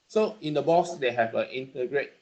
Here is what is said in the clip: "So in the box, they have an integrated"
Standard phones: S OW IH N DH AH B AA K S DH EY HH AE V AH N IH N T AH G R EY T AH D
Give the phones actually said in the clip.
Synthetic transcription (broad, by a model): S OW IH N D AH B AA S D EY HH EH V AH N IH N T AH G R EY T